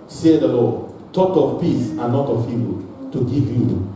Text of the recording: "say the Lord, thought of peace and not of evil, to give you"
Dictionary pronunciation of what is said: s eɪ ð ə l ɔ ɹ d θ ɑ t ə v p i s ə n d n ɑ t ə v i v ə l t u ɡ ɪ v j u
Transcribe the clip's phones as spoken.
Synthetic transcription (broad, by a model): s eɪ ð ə l ɔ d t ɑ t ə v p i s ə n n ɑ t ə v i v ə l t u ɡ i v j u